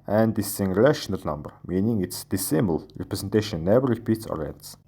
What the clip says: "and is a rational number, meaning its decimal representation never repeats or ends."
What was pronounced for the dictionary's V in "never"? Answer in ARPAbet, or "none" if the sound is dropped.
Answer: W